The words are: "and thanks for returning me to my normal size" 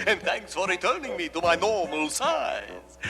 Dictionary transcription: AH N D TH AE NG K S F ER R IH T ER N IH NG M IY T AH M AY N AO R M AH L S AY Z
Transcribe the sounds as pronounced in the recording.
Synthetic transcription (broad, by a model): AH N TH AE NG K S F ER R IH T ER N IH NG M IY T AH M AY N AO R M AH L S AY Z